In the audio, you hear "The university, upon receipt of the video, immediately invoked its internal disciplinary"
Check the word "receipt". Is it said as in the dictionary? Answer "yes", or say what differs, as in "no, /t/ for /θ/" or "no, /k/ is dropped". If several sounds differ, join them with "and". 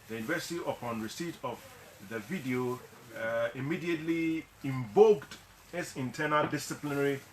yes